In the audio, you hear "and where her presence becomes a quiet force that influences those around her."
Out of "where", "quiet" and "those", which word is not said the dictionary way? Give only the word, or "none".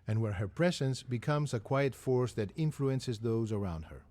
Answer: none